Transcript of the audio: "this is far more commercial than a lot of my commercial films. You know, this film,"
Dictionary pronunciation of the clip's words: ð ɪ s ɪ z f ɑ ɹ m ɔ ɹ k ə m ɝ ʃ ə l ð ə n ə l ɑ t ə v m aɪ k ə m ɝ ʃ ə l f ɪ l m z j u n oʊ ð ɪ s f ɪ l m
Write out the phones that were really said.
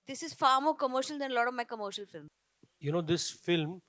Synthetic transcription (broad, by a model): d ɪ s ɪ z f ɑ ɹ m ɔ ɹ k ə m ɝ ʃ ə l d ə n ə l ɑ t ə v m aɪ k ə m ɝ ʃ ə l f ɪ l m j u n oʊ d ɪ s f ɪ l m